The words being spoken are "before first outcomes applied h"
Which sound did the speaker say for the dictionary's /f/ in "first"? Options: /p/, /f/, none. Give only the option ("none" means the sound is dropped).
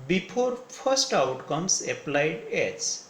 /p/